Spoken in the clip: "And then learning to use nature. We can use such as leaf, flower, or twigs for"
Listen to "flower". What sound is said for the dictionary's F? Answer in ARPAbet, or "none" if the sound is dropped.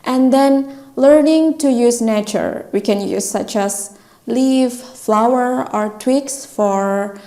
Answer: F